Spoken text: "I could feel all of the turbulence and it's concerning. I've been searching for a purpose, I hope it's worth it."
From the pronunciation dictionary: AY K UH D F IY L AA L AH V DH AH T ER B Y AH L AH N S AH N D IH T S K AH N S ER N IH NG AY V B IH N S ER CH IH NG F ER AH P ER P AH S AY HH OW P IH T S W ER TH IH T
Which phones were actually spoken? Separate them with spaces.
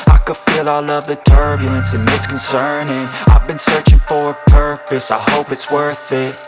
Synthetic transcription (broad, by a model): AY K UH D F IY L AA L AH V DH AH T ER B Y AH L AH N S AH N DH IH T S K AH N S ER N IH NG AY V B IH N S ER CH IH NG F ER AH P ER P AH S AY HH OW P IH T S W ER TH IH T